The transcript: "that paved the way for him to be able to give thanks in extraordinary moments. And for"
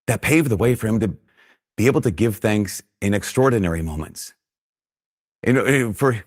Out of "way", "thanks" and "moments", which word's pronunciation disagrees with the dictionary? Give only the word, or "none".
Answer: none